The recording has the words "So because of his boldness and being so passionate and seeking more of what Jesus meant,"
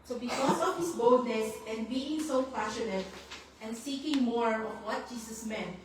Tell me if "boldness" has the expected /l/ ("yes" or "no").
no